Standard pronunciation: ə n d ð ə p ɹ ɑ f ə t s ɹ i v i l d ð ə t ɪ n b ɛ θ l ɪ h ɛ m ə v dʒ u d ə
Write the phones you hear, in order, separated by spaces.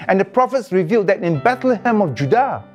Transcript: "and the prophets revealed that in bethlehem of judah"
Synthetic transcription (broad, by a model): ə n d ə p ɹ ɑ f ə t s ɹ i v i l d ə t ɪ n b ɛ t l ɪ h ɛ m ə f dʒ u d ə